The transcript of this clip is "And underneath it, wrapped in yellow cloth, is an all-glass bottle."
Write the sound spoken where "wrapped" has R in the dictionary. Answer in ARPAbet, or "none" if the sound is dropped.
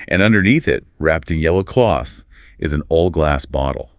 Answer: R